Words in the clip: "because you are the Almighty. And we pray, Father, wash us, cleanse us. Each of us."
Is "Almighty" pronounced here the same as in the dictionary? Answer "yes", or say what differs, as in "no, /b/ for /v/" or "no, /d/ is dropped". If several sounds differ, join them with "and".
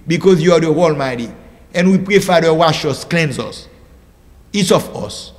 yes